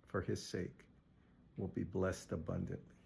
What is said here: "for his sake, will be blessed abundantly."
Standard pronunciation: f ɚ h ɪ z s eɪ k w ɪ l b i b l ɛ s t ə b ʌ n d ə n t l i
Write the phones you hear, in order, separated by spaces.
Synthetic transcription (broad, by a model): f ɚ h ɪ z s eɪ k w ɪ l b i b l ɛ s t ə b ʌ n d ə n t l i